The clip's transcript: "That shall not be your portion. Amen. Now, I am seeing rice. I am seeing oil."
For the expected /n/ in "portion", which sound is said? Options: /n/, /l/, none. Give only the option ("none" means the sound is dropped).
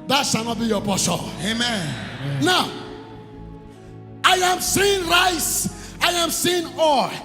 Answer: none